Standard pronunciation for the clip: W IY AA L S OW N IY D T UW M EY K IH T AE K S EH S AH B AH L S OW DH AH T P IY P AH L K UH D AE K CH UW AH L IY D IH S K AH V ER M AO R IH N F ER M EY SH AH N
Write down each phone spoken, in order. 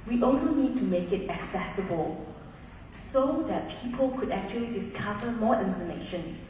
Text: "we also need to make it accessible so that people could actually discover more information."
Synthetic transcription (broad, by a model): W IY AA L S OW N IY D T UW M EY K IH T AE K S EH S AH B AH L S OW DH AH T P IY P AH L K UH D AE K CH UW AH L IY D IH S K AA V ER M AO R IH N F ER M EY SH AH N